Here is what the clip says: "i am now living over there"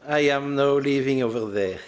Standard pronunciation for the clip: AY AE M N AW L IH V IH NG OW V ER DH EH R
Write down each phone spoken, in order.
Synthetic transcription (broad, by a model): AY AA M N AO L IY V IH NG OW V ER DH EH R